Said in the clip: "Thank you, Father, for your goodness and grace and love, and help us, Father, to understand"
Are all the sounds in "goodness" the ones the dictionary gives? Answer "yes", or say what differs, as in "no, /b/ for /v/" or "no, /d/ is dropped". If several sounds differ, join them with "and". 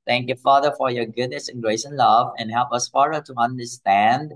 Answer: yes